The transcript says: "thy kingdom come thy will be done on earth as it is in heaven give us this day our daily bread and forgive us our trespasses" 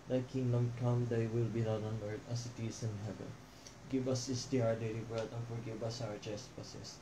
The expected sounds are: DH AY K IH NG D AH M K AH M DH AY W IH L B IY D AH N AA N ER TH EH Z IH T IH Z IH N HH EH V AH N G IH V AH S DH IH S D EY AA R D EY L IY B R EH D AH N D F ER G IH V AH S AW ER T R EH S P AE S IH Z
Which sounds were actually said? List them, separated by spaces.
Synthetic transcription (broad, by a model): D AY K IH NG D AH M K AH M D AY W IH L B IY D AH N AA N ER T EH S IH T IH S IH N HH EH V AH N G IH V AH S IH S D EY AA R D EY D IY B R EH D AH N F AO G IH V AH S AW ER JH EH S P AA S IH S